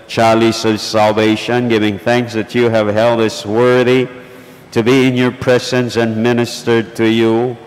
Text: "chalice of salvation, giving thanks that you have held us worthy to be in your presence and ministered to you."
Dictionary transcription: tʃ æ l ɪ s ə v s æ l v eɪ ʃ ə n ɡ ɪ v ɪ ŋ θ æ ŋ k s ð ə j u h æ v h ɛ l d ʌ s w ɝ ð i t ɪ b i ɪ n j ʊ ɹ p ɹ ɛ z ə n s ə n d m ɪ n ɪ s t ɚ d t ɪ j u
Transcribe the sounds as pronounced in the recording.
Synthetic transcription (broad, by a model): tʃ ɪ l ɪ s ə v s æ l v eɪ ʃ ə n ɡ ɪ v ɪ ŋ θ æ ŋ k s ð ə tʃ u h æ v h ɛ l d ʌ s w ɝ ð i t ɪ b i ɪ n j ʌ ɹ p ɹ ɛ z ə n s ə n m ɪ n ɪ s t ɚ d t ɪ j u